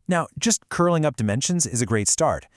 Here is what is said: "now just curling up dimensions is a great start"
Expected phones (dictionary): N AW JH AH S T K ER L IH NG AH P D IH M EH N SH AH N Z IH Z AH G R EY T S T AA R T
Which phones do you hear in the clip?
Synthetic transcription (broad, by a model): N AW JH AH S T K ER L IH NG AH P D IH M EH N SH AH N Z IH Z AH G R EY T S T AA R T